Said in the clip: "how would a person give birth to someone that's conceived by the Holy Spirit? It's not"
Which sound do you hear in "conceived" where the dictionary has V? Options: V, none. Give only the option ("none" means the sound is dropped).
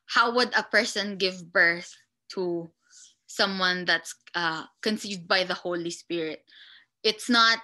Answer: V